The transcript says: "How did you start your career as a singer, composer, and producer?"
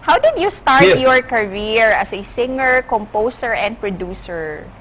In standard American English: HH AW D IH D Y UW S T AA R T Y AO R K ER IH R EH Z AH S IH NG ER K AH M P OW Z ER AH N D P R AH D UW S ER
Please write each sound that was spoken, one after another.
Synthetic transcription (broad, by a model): HH AW D IH D Y UW S T AA R T Y AO R K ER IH R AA S AH S IH NG ER K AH M P OW S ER AH N D P R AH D UW S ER